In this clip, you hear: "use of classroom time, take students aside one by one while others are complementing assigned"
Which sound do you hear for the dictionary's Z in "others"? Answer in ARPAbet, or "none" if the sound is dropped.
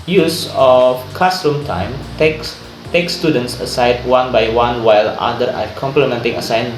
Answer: none